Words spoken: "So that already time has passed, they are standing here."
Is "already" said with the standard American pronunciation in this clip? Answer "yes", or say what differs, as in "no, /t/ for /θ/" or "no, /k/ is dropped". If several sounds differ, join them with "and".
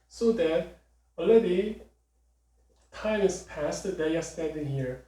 no, /ɹ/ is dropped